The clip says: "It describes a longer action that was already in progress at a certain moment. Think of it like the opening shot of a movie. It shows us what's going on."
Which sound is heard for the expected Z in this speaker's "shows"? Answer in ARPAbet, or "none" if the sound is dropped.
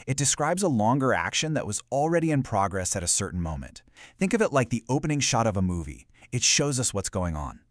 Z